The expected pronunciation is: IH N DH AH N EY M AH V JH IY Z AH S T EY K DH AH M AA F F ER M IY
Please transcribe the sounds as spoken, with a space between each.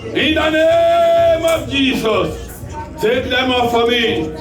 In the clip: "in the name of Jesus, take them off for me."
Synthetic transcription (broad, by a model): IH N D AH N EY M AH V JH IY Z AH S S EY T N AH M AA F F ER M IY